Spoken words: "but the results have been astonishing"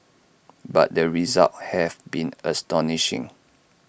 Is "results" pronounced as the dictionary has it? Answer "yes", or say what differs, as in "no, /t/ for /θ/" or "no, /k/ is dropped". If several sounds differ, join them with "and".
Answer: no, /s/ is dropped